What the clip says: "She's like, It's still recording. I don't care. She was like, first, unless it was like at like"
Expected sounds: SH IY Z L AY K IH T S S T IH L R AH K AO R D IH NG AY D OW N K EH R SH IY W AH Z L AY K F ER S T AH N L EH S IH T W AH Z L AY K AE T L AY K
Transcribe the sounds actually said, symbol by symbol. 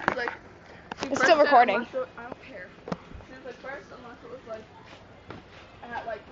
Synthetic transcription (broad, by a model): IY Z L AY K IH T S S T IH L R AH K AO R D IH NG AY D OW N K EH R S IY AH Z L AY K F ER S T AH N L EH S IH T W AH Z L AY K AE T L AY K